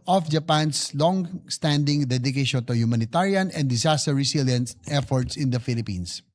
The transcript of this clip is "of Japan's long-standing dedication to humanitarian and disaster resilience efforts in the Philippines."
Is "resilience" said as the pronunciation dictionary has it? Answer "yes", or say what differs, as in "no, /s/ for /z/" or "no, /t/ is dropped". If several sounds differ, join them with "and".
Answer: no, /s/ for /z/